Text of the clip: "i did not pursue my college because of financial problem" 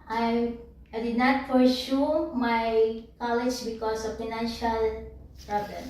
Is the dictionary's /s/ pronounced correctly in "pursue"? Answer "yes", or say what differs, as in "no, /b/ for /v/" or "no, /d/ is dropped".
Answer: no, /ʃ/ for /s/